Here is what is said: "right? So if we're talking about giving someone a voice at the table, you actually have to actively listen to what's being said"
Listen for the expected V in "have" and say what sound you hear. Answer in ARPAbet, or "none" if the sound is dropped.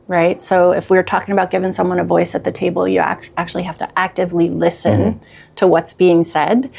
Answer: F